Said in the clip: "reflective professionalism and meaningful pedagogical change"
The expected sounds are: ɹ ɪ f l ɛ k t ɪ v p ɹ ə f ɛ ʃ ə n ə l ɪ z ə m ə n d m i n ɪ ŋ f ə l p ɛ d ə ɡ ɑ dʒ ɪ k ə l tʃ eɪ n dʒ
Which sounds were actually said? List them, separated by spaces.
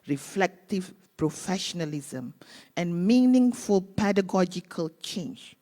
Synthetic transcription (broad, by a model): ɹ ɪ f l ɛ k t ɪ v p ɹ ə f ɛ ʃ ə n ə l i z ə m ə n m i n ɪ ŋ f ə l p ɛ d ə ɡ ɑ dʒ ɪ k ə l tʃ eɪ n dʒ